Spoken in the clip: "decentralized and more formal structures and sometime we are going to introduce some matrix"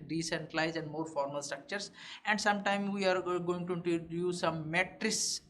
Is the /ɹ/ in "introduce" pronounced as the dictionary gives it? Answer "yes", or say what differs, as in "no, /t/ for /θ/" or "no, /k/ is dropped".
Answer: no, /ɹ/ is dropped